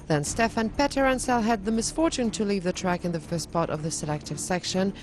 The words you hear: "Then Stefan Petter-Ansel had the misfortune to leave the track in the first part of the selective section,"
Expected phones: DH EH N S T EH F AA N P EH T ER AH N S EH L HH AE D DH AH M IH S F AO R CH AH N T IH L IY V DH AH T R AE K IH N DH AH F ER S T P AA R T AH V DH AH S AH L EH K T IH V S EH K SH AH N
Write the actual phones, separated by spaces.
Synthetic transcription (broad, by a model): DH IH N S T EH F AA N P EH T ER AH N S EH L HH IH D DH AH M IH S F AO R CH AH N T IH L IY V DH AH T R AE K IH N DH AH F ER S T P AA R T AH V DH AH S AH L EH K T IH V S EH K SH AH N